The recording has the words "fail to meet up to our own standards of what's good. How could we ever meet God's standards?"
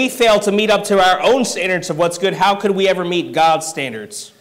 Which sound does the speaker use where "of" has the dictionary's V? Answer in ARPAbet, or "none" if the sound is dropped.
V